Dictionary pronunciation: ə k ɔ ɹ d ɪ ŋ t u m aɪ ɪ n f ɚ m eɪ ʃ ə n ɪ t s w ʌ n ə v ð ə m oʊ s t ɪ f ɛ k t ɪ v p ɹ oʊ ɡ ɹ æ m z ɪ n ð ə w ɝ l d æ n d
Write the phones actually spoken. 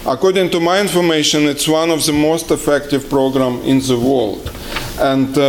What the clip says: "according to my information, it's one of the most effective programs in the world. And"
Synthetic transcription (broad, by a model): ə k ɔ ɹ d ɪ ŋ t u m aɪ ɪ n f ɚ m eɪ ʃ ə n ɪ t s w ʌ n ə v ð ə m oʊ s t ɪ f ɛ k t ɪ v p ɹ oʊ ɡ ɹ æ m ɪ n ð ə w ɝ l d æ n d